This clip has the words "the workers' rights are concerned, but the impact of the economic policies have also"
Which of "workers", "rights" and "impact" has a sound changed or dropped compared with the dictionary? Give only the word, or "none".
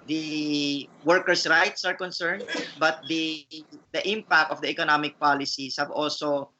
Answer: workers